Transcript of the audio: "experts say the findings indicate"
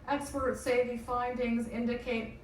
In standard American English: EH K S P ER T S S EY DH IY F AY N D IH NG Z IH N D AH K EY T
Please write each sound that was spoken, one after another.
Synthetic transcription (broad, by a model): EH K S P ER T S S EY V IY F AY N D IH NG Z IH N D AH K EY T